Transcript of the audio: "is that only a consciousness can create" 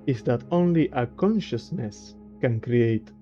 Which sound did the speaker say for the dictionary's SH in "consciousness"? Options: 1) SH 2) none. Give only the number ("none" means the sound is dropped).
1